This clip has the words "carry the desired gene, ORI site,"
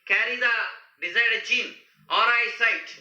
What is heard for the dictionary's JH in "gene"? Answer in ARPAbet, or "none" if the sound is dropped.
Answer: CH